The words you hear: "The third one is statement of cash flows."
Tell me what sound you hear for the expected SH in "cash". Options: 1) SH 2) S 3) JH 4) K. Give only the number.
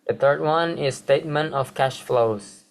1